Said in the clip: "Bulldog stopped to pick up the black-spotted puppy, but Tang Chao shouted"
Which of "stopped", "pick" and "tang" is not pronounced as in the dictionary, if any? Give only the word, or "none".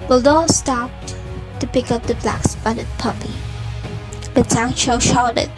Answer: tang